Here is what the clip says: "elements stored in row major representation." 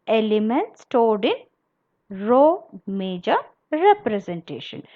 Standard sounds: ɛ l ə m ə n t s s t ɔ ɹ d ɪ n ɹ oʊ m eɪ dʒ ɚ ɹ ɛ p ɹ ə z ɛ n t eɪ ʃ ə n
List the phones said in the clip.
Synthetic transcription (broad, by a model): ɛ l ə m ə n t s s t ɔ l d ɪ n ɹ oʊ m eɪ dʒ ɚ ɹ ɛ p ɹ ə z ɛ n t eɪ ʃ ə n